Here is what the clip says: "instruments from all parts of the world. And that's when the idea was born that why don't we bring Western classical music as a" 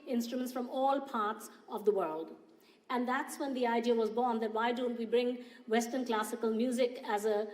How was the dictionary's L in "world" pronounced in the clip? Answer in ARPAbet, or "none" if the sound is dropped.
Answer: L